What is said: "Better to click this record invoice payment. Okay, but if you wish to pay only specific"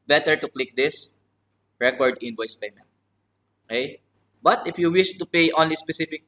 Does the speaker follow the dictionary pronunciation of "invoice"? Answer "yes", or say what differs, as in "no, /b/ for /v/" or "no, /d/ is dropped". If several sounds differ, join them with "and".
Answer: no, /b/ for /v/